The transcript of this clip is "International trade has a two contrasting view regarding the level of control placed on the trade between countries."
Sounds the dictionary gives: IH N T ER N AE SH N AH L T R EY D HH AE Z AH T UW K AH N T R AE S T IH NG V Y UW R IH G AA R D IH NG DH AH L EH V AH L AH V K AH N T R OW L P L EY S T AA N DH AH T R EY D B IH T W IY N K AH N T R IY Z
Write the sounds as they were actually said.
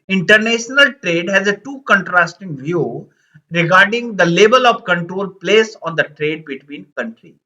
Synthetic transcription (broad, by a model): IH N T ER N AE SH N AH L T R EY D HH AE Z AH T UW K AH N T R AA S T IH NG V Y UW R IH G AA R D IH NG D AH L EH B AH L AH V K AH N T R OW L P L EY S AA N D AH T R EY D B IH T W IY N K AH N T R IY